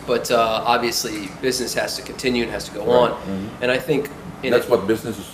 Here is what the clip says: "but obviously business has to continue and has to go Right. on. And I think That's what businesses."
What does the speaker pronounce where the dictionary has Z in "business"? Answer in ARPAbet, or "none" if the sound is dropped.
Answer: Z